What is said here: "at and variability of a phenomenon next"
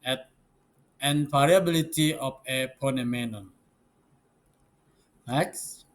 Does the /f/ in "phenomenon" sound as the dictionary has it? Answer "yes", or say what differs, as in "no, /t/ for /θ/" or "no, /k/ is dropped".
no, /p/ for /f/